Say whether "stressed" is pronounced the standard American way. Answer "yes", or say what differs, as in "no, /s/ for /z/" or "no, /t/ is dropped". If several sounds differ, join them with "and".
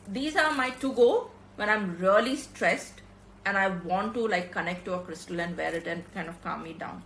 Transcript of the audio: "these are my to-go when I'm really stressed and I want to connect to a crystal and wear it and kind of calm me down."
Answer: yes